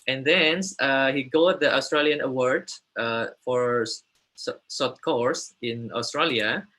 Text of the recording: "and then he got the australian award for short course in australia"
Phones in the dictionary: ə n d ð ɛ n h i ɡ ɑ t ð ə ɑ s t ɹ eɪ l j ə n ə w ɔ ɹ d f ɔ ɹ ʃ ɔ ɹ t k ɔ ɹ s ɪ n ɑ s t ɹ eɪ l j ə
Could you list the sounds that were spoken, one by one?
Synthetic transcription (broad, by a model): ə n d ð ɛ n h i ɡ ɑ t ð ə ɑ s t ɹ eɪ l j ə n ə w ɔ ɹ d f ɔ ɹ s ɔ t k ɔ ɹ s ɪ n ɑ s t ɹ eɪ l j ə